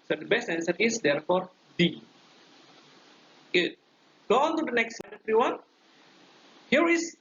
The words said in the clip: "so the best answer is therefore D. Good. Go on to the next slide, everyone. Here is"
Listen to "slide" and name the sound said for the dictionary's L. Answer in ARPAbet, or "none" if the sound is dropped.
none